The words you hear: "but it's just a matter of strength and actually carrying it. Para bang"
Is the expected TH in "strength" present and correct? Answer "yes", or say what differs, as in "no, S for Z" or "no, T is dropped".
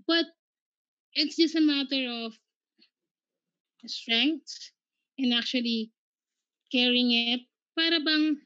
no, S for TH